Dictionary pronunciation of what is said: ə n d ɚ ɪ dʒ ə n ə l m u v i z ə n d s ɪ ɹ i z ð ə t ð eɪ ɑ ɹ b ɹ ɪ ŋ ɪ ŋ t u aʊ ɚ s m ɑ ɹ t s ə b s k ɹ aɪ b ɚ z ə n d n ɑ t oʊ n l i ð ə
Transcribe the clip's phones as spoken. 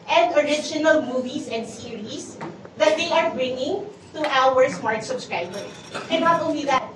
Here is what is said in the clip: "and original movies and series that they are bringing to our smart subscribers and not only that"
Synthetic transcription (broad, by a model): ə n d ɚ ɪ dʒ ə n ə l m u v i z ə n d s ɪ ɹ i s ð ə t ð eɪ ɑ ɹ b ɹ ɪ ŋ ɪ ŋ t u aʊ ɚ s m ɑ ɹ t s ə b s k ɹ aɪ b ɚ ə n n ɑ t oʊ n l i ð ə